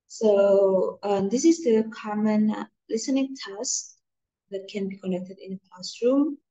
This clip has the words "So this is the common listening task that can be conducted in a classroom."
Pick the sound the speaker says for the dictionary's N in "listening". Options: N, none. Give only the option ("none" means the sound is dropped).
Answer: N